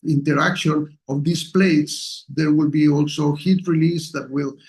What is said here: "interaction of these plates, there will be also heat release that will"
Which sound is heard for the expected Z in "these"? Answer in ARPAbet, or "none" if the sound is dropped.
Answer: S